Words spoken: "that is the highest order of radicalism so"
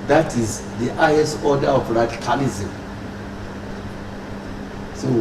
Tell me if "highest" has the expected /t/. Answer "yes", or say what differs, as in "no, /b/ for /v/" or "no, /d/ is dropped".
no, /t/ is dropped